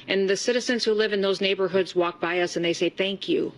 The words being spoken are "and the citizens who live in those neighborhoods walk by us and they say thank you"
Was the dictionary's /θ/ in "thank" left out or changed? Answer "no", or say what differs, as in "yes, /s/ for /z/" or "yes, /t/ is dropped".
no